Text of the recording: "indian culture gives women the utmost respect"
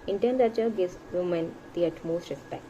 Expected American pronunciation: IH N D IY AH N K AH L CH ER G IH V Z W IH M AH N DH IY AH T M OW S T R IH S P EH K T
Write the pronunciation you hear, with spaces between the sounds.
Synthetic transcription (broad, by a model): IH N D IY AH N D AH CH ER G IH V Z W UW M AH N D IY AH T M OW S T R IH S P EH K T